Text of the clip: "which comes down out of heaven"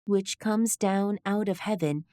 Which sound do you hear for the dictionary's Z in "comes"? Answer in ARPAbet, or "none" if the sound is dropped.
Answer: Z